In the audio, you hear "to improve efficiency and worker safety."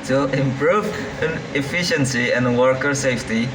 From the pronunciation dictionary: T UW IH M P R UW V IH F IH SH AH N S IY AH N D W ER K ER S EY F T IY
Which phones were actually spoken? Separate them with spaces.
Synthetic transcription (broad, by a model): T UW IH M P R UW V IH F IH SH AH N S IY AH N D W ER K ER S EY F T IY